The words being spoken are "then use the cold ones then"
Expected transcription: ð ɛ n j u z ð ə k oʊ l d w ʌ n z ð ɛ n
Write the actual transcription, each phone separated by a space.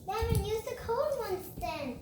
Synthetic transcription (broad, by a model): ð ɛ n j u z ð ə k oʊ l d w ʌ n s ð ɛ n